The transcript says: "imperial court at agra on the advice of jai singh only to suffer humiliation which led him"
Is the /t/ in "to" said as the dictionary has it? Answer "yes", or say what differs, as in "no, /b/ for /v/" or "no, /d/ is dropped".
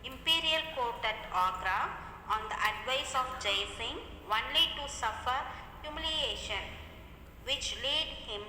yes